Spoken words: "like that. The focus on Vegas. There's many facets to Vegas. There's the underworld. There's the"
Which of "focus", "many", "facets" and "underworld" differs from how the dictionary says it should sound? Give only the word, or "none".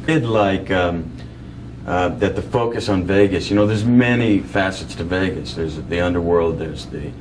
none